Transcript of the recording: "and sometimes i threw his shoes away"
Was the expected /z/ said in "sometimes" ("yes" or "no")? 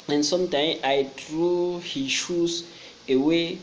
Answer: no